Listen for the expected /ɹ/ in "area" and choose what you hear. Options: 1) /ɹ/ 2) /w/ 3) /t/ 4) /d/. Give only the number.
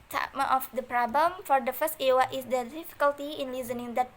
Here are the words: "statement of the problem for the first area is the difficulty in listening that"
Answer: 2